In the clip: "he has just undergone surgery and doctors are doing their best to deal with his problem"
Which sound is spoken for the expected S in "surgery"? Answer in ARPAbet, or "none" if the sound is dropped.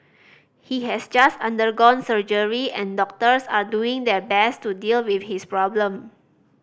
S